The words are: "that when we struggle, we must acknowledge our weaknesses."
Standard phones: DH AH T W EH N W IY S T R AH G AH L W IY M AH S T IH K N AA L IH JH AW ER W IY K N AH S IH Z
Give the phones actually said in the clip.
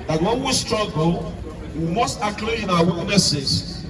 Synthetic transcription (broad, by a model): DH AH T W EH N W IY S T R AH G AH L W IY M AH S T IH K L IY IH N AW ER W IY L N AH S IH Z